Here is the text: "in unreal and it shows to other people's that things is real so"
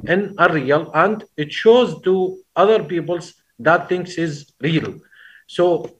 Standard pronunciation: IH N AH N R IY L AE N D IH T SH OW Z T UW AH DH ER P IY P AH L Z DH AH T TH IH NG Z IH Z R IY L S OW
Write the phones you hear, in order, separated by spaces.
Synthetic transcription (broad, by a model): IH N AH R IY L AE N D IH T SH OW Z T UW AH DH ER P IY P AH L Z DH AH T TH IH NG S IH Z R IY L S OW